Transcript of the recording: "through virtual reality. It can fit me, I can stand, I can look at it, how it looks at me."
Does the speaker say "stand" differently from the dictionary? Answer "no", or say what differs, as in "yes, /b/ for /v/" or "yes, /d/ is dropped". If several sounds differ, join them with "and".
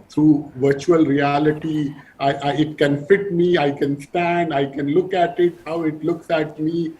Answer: no